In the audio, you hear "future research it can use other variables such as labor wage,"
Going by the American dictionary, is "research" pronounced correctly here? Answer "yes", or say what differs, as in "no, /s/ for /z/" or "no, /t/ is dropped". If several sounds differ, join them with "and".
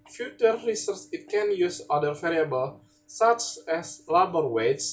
no, /s/ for /tʃ/